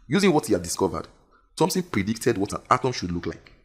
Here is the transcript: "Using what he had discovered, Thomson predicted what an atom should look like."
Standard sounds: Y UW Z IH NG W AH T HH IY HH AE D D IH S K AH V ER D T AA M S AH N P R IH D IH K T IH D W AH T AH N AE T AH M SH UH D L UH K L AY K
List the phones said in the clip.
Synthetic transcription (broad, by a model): Y UW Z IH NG W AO T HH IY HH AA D D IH S K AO V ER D S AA M TH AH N P R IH D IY K T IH D W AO T AH N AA T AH M SH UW D L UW K L AY K